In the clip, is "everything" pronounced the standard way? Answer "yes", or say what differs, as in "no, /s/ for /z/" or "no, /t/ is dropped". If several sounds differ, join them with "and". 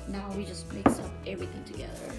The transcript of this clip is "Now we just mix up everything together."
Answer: yes